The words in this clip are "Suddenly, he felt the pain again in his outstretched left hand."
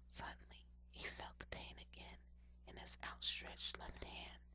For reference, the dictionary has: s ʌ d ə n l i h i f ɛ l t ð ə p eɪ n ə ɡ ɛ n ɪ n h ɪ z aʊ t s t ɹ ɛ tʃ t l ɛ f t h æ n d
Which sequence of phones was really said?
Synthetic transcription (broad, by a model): s ʌ d n l i h i f ɛ l t ð ə p eɪ n ə ɡ ɛ n ɪ n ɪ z aʊ t s t ɹ ɛ tʃ t l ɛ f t h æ n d